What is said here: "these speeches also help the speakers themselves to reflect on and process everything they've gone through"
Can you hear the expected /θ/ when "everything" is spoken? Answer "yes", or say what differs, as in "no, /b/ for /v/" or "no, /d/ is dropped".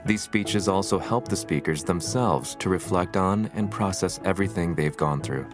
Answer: yes